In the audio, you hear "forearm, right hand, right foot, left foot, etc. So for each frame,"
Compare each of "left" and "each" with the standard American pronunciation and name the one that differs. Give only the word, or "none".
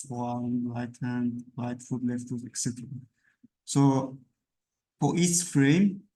each